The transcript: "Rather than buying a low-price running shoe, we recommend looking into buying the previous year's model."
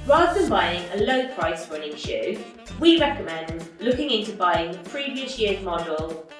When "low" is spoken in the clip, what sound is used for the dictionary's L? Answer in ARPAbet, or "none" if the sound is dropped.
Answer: L